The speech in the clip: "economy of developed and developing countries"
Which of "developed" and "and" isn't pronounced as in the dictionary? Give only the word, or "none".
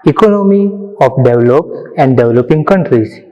developed